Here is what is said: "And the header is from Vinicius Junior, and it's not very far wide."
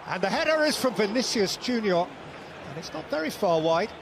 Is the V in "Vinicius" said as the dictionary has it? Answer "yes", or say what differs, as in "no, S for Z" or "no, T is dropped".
yes